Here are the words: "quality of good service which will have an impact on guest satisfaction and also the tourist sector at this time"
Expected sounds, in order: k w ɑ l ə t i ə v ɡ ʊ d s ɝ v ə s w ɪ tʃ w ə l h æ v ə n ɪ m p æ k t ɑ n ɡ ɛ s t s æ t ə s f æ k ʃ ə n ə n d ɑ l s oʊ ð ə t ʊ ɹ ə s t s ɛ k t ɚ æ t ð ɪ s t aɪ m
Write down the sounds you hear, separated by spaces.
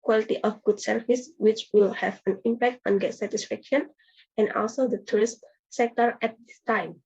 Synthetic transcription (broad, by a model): k w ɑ l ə t i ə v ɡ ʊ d s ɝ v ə s w ɪ tʃ w ə l h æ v ə n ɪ m p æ k t ɑ n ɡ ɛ t s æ t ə s f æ k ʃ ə n ə n d ɑ l s oʊ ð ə t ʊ ɹ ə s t s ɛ k t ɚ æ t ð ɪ s t aɪ m